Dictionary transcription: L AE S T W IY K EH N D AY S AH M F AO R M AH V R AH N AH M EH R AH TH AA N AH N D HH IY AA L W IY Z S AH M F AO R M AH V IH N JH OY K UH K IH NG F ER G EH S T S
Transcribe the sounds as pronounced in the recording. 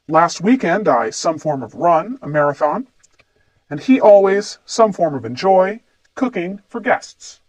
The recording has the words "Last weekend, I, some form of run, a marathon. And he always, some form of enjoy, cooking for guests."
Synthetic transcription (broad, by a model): L AE S T W IY K EH N D AY S AH M F AO R M AH V R AH N AH M EH R AH TH AA N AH N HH IY AA L W IY Z S AH M F AO R M AH V IH N JH OY K UH K IH NG F ER G EH S T S